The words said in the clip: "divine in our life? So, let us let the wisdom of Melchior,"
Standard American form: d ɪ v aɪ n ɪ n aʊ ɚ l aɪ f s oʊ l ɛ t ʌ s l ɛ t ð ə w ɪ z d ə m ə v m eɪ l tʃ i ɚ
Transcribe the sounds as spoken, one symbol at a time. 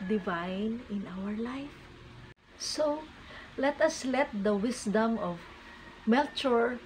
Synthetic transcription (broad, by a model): d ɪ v aɪ n ɪ n aʊ ɚ l aɪ f s oʊ l ɛ t ʌ s l ɛ t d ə w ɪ s d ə m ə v m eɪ l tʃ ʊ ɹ